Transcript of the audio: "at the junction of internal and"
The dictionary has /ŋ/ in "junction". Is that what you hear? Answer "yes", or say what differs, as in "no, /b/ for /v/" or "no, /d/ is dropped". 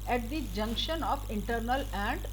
yes